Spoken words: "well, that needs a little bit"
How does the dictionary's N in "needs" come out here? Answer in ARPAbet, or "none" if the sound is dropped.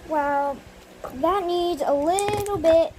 N